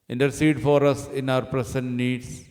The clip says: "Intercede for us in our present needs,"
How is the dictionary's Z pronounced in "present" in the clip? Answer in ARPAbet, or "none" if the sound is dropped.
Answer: S